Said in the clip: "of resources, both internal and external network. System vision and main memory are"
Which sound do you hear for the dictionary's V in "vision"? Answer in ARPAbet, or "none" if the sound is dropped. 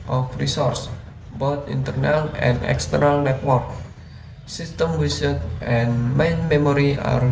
W